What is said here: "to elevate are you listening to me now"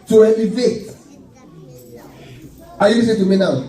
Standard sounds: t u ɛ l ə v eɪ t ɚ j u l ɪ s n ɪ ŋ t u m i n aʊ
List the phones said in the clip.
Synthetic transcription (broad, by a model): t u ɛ n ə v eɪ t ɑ j u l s ɪ t u m i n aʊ